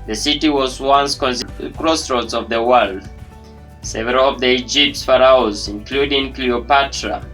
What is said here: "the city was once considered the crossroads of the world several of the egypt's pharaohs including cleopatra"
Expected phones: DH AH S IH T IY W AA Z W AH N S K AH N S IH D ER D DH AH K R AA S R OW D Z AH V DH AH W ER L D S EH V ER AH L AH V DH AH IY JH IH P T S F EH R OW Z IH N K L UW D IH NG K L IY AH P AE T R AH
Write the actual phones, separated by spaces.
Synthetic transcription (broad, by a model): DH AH S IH T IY W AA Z W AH N S K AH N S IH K R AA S R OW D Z AH V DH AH W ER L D S EH V ER AH L AH V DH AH IY JH IH P T S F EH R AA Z IH N K L UW D IH NG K L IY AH P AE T R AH